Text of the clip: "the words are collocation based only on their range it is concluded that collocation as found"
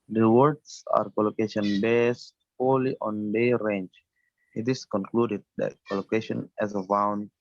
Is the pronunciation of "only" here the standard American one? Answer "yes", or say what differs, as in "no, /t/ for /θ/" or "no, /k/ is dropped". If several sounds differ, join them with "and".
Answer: no, /n/ is dropped